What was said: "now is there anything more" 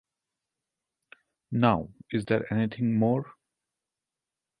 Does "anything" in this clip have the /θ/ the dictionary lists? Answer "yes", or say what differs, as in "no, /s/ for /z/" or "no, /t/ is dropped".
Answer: no, /t/ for /θ/